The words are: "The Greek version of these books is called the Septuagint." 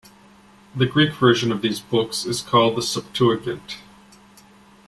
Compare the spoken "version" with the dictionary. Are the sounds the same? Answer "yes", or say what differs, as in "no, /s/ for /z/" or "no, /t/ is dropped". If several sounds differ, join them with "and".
yes